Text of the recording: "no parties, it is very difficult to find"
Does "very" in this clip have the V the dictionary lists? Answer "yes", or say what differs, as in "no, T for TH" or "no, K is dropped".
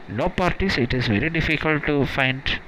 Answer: yes